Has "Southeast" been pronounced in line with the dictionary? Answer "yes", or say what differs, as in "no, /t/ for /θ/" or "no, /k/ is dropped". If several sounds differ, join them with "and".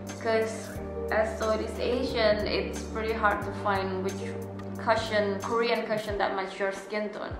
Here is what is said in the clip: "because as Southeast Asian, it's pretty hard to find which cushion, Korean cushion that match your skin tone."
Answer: no, /t/ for /θ/ and /t/ is dropped